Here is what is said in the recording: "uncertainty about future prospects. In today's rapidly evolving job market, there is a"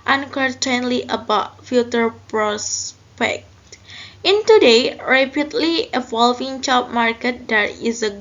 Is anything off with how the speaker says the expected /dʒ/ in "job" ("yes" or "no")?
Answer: yes